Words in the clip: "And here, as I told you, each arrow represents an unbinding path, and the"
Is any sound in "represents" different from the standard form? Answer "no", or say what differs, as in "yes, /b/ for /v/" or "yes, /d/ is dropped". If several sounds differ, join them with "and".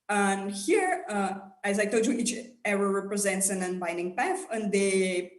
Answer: no